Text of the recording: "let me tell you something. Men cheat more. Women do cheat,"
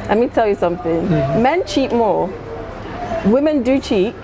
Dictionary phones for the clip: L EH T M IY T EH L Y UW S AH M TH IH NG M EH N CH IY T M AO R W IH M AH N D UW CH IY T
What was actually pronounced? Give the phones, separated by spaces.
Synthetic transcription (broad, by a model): L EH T M IY T EH L Y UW S AH M TH IH NG M EH N CH IY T M AO W IH M AH N D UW CH IY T